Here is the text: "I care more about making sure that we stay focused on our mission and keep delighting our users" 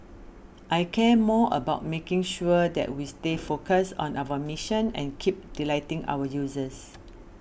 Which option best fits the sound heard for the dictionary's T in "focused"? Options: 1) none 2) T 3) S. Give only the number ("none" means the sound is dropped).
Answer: 1